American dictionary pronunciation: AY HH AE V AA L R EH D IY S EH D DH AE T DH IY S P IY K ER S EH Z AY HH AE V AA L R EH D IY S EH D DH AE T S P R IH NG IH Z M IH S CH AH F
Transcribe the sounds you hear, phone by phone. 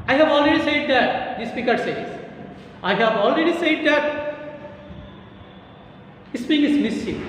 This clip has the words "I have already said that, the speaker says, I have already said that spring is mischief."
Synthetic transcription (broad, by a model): AY HH AE V AA L R EH D IY S EH D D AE T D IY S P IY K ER S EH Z AY HH AE V AA L R EH D IY S EH D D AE T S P IH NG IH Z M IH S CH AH